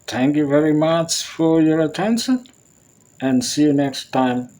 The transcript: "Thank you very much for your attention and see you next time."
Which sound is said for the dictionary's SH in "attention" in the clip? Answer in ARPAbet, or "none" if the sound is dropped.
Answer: SH